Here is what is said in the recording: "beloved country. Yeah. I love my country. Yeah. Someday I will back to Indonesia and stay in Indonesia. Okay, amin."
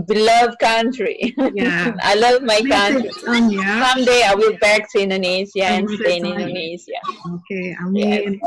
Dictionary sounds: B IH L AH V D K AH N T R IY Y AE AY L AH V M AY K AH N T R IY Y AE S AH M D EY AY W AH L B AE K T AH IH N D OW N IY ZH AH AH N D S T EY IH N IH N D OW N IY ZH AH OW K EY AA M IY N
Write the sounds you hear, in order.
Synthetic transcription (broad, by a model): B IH L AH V K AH N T R IY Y AY L AH V M AY K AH N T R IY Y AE S AH M D EY AY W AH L B AE K S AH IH N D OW N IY SH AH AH N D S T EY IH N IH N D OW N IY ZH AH OW K EY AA